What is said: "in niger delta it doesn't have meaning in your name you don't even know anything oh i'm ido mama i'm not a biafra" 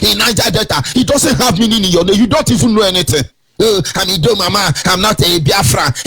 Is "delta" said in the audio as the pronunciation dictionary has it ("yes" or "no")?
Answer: no